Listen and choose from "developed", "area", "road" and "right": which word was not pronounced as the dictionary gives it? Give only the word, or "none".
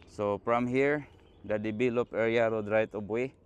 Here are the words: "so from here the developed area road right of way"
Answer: developed